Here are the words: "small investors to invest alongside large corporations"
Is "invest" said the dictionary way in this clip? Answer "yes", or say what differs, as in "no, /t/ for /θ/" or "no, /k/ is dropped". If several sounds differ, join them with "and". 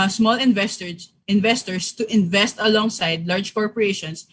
yes